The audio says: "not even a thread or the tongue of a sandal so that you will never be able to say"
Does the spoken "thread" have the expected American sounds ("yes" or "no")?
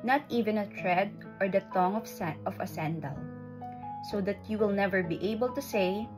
no